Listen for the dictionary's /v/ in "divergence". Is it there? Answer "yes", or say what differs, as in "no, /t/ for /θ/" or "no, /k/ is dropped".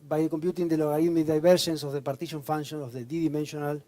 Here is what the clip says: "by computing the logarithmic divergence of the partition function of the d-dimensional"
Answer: no, /b/ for /v/